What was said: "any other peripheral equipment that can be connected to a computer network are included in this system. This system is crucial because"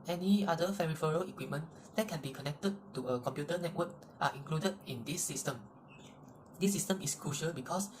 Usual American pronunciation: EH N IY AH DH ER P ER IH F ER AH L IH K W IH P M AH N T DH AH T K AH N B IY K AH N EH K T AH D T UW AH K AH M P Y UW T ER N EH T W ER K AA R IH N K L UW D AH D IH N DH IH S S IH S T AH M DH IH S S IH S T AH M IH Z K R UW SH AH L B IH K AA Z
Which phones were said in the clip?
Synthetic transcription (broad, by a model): EH N IY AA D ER F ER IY F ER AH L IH K W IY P M AH N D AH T K AH N B IY K AH N EH K T AH D T UW AH K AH M P Y UW T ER N EH T W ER K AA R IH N K L UW D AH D IH N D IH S S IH S T AH M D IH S S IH S T AH M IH S K R UW SH AH L B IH K AA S